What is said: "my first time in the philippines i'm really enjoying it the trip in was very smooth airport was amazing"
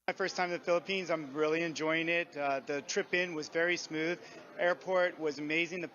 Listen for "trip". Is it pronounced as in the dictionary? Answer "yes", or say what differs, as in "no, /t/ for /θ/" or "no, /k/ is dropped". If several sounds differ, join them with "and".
yes